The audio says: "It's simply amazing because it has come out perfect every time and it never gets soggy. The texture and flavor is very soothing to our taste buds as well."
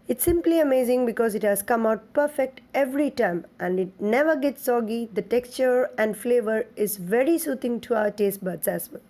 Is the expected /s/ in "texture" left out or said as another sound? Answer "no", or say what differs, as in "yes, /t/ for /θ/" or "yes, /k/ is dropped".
no